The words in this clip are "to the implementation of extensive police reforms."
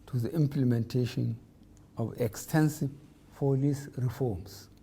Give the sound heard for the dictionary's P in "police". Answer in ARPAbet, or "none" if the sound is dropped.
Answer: F